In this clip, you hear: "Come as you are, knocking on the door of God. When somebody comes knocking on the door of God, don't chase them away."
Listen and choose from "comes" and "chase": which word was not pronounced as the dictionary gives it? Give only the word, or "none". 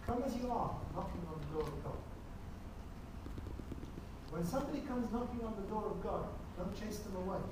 none